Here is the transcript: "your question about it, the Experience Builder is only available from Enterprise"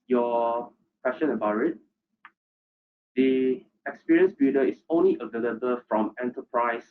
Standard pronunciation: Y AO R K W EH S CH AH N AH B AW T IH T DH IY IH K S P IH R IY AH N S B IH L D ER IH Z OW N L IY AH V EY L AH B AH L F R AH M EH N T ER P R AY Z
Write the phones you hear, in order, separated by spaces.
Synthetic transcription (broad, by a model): Y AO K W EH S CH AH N AH B AW T IH T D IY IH K S P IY R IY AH N S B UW D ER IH S OW N L IY AH V EY L AH B AH L F R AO M EH N T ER P R AY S